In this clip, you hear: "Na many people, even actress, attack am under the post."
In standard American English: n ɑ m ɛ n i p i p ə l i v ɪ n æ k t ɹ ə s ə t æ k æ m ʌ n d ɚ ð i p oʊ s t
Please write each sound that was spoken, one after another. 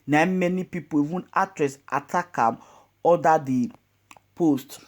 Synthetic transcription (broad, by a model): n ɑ m ɛ n i p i p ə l i v ɪ n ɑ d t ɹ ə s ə t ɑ k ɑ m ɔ d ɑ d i p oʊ s t